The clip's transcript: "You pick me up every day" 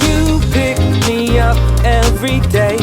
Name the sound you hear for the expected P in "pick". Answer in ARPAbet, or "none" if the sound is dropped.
P